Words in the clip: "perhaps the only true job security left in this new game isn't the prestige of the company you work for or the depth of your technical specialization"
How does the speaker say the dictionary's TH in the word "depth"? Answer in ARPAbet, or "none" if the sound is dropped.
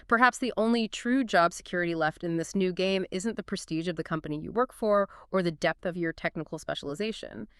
TH